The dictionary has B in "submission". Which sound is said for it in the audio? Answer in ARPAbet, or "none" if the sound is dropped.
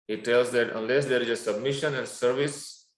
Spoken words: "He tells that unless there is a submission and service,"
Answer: B